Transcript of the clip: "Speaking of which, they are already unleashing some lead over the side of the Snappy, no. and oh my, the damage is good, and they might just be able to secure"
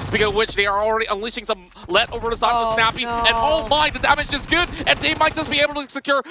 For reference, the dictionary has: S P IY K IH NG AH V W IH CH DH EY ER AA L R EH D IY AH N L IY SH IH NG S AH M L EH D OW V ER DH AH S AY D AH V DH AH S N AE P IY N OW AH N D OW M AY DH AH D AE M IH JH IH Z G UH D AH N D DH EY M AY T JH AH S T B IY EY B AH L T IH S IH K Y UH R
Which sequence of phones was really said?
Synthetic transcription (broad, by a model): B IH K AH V W IH CH DH EY ER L R EH D IY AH N L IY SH IH NG S AH M L EH D OW V ER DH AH S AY AH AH S N AE P IY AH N OW M AY DH AH D AE M IH JH IH Z G UH D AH N DH EY M AY T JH AH S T B IY EY B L T IH S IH K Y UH R